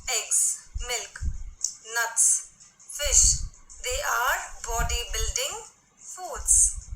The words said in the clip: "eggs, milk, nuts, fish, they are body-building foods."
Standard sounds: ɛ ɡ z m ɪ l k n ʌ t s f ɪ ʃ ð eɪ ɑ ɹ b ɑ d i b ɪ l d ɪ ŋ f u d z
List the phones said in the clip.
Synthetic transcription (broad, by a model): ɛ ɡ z m ɪ l k n ʌ t s f ɪ ʃ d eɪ ɑ ɹ b ɑ d i b ɪ l d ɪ ŋ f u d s